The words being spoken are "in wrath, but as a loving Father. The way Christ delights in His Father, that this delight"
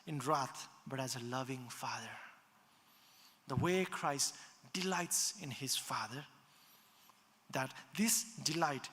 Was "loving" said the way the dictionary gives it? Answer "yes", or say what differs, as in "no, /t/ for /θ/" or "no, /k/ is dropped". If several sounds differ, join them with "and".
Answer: yes